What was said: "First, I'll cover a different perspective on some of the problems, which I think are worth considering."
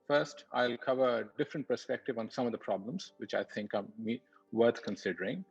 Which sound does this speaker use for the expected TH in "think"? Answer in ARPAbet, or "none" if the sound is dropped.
T